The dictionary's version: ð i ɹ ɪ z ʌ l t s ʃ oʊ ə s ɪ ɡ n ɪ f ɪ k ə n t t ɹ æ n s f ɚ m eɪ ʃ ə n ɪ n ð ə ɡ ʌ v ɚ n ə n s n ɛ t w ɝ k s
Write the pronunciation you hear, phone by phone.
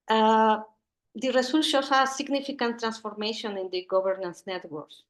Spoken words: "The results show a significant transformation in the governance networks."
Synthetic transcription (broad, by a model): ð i ɹ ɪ s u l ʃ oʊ ə s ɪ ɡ n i f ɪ k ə n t t ɹ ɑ n s f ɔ m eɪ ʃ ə n ɪ n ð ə ɡ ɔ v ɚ n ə n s n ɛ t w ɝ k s